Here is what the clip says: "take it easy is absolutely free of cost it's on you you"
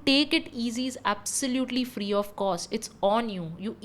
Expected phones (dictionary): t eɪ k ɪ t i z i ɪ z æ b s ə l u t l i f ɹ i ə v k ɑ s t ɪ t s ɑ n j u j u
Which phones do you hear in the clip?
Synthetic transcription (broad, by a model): t eɪ k ɪ t i z i ɪ z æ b s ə l u t l i f ɹ i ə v k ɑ s ɪ t s ɑ n j u j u